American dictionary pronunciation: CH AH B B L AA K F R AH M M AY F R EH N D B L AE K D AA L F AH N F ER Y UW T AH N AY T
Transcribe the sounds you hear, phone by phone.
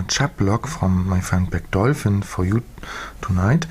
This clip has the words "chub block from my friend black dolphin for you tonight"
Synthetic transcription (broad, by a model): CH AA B B L AA K F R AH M M AY F EH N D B AE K D AA L F AH N F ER Y UW T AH N AY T